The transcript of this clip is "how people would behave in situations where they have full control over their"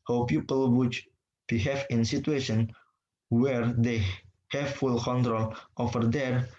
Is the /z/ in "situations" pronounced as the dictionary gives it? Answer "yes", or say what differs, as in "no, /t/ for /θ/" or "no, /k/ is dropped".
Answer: no, /z/ is dropped